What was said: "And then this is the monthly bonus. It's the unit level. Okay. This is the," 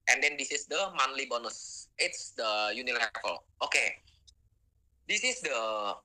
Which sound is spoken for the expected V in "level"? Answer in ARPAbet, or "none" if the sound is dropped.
F